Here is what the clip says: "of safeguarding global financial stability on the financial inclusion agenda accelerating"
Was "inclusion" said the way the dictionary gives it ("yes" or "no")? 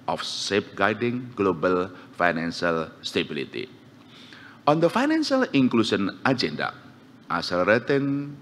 no